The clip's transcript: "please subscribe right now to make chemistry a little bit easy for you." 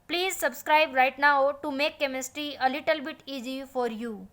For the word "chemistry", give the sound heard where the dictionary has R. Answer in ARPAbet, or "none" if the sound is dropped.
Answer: R